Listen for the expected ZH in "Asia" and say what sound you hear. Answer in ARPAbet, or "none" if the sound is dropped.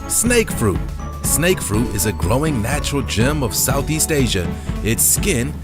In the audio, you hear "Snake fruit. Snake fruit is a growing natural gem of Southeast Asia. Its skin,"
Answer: ZH